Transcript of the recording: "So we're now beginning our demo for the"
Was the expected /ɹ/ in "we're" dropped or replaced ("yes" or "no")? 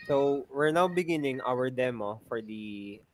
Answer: no